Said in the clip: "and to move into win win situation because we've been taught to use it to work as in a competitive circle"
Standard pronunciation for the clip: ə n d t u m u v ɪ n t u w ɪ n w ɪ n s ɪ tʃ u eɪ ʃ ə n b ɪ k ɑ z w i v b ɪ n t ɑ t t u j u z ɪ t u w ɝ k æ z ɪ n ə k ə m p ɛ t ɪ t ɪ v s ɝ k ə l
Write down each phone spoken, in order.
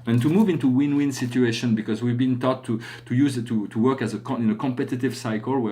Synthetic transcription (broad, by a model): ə n t u m u v ɪ n t u w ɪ n w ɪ n s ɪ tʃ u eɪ ʃ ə n b ɪ k ɑ z w i v b ɪ n t ɑ t t u j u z ɪ t u w ɝ k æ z ɪ n ə k ə m p ɛ t ɪ t ɪ v s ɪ k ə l